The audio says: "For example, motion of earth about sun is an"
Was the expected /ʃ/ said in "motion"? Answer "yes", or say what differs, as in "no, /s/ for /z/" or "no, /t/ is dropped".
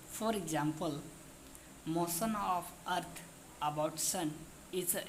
no, /s/ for /ʃ/